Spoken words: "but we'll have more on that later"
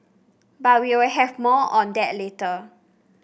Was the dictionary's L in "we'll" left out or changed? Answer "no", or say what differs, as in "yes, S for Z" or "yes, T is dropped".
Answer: yes, W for L